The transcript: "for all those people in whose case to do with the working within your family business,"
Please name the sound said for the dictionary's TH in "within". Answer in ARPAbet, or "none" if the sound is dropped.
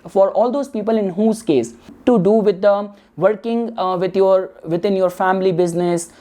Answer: T